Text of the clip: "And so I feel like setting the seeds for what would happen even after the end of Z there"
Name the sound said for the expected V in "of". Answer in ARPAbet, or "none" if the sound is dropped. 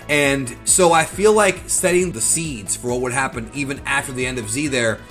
V